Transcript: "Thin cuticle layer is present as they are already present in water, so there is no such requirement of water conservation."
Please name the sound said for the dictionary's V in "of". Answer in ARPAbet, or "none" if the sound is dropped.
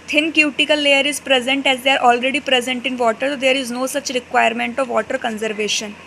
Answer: V